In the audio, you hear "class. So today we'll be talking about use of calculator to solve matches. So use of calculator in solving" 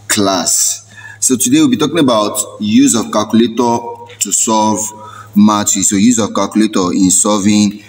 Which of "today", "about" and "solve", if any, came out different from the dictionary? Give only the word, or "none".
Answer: solve